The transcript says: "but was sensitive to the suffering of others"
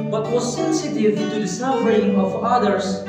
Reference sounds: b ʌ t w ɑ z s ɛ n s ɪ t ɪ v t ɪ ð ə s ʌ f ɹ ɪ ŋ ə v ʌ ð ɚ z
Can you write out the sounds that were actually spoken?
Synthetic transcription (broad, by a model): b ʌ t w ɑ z s ɛ n s ɪ t ɪ v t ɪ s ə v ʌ ɹ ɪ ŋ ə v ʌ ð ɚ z